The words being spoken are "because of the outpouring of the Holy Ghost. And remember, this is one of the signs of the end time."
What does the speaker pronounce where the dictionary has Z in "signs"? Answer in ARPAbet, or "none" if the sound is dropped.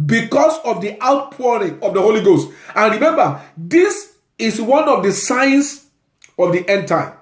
S